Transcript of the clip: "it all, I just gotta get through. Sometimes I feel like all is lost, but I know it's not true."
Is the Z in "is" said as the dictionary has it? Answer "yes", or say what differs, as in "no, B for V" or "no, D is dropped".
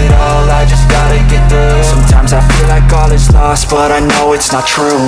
no, S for Z